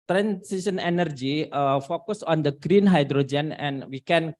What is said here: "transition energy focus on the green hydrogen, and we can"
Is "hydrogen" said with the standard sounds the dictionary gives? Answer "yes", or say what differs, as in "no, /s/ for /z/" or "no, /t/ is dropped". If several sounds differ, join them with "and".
yes